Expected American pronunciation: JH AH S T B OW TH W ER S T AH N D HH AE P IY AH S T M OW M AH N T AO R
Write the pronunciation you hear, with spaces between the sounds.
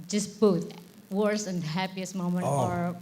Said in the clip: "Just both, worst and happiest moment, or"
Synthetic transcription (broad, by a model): JH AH S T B OW T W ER S AH N D HH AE P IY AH S M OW M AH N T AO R